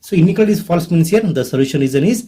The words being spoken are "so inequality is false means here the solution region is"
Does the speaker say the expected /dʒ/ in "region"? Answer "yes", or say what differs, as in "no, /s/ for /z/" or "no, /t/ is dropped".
no, /z/ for /dʒ/